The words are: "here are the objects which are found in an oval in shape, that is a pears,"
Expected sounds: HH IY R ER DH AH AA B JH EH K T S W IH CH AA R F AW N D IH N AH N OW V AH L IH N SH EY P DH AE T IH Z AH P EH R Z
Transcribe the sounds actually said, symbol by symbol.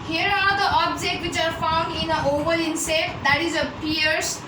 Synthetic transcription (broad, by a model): HH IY R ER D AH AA B JH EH K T W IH CH AA R F AW N D IH N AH OW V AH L IH N S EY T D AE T IH Z AH P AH R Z